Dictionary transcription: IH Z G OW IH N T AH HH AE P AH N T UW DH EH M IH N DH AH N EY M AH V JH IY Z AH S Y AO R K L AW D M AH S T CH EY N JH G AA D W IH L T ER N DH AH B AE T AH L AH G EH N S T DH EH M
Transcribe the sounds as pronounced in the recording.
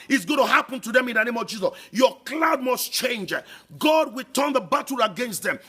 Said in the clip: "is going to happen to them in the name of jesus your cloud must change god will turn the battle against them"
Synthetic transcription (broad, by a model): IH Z G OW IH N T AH HH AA P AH N T UW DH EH M IH N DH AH N EY M AH V JH IY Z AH S Y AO K L AW D M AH S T CH EY N JH G AA D W IH L T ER N DH AH B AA T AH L AH G EH N S T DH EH M